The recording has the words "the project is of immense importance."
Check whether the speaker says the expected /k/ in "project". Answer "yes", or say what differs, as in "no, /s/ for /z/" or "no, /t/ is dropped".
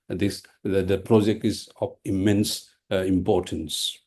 yes